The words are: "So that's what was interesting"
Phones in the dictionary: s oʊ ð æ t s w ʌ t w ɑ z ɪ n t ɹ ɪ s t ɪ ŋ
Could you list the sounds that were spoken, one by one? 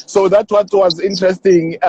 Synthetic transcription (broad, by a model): s oʊ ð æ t w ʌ t w ɑ z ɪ n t ɹ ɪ s t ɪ ŋ